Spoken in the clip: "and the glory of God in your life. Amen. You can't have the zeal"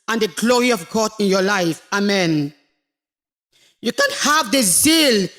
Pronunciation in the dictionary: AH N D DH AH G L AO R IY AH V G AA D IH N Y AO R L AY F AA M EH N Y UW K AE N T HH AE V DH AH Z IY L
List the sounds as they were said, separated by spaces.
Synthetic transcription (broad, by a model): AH N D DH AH G L AO R IY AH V G AA D IH N Y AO L AY F AA M EH N Y UW K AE N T HH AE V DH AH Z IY L